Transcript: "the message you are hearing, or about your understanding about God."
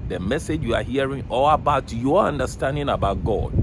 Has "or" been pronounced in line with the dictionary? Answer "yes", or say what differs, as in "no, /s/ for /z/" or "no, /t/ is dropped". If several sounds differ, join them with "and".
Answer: no, /l/ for /ɹ/